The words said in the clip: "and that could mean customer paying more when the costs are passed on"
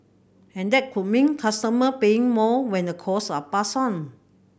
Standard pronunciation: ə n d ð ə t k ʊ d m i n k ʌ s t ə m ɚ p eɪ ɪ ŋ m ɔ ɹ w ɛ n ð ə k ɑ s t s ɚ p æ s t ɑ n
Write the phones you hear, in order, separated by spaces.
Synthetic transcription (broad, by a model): ə n d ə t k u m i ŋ k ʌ s t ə m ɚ p eɪ ɪ ŋ m ɔ w ɛ n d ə k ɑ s s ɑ p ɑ s ɑ n